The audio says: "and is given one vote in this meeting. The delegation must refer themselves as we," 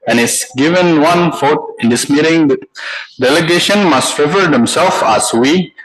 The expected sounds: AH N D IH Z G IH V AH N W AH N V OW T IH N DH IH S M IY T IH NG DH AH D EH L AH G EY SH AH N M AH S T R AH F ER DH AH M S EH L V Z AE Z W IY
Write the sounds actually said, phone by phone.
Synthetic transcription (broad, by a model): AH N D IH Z G IH V AH N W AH N F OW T IH N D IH S M IY T IH NG D EH L AH G EY SH AH N M AH S T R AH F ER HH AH M S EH L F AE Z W IY